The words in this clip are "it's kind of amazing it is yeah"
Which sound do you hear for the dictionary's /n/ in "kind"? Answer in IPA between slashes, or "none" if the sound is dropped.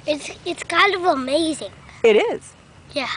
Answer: /l/